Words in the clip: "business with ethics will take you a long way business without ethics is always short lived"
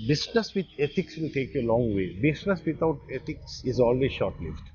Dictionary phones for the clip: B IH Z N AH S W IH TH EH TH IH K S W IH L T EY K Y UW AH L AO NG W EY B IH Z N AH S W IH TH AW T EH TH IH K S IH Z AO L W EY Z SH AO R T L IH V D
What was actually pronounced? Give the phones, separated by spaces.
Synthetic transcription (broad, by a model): B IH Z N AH S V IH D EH T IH K S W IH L T EY K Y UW AH L AO NG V EY B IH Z N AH S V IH T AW T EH T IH K S IH Z AO L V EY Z SH AO R T L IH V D